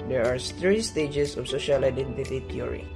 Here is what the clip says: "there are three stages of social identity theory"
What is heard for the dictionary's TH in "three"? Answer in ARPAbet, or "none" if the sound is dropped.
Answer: T